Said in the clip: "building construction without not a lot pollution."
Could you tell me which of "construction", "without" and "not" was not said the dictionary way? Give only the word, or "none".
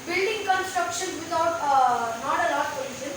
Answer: without